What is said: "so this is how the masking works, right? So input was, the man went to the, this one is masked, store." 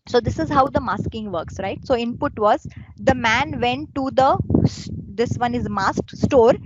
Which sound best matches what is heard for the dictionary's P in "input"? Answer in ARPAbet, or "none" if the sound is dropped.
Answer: P